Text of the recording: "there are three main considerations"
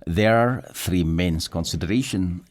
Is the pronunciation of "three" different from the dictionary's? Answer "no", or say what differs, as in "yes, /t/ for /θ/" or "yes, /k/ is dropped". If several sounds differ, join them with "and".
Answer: no